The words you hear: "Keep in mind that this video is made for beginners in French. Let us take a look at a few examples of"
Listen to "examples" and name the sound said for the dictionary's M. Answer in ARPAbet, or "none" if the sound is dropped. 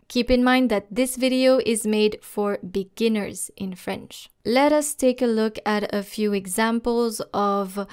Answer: M